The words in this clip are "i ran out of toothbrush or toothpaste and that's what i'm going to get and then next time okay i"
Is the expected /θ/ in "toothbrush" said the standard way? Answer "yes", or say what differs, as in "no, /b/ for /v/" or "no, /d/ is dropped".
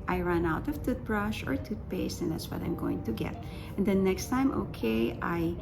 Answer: no, /t/ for /θ/